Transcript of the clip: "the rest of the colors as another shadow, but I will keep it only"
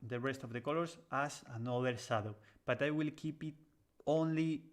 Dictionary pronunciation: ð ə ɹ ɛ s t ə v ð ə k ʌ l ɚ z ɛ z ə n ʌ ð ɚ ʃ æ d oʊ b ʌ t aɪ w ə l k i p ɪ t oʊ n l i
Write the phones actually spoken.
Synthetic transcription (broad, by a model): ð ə ɹ ɛ s t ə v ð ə k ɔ l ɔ s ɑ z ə n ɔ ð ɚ s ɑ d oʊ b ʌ t aɪ w ə l k i p ɪ t oʊ n l i